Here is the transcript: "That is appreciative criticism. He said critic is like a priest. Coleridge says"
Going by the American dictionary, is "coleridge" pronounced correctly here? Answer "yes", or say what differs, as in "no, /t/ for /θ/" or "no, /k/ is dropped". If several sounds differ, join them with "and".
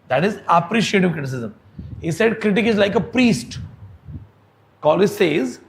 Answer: no, /ɹ/ is dropped